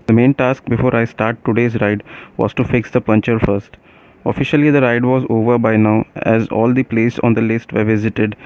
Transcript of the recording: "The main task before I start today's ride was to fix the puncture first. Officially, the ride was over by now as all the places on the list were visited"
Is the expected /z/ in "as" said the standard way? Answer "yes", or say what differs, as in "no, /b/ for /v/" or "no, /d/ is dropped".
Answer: yes